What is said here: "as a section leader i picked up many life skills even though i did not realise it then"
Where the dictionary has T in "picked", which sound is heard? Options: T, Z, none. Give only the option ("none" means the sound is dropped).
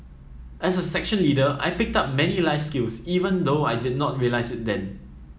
T